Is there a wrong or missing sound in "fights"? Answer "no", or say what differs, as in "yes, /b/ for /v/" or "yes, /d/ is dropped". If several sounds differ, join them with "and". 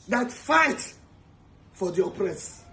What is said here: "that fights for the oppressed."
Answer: yes, /s/ is dropped